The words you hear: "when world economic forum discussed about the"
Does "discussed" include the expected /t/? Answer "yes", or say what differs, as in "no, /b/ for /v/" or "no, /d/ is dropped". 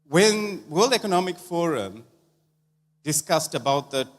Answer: yes